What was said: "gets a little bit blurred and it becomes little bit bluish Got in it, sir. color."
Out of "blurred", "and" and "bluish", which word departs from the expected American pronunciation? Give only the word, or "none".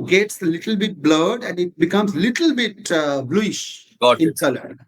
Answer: none